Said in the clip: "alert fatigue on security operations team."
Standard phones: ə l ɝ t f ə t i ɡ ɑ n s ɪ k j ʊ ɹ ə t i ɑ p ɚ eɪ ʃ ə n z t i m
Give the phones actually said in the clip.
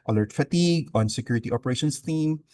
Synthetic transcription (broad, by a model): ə l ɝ t f ə t i ɡ ɑ n s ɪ k j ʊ ɹ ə t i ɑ p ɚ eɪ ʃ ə n s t i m